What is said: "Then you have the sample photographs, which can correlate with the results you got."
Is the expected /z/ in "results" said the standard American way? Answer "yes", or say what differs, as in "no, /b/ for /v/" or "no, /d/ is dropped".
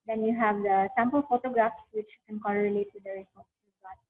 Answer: no, /s/ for /z/